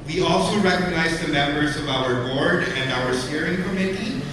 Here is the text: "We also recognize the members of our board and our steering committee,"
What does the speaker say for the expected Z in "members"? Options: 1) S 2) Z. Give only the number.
2